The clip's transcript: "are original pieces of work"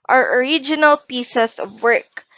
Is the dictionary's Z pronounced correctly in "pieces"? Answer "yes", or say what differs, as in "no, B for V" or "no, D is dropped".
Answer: no, S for Z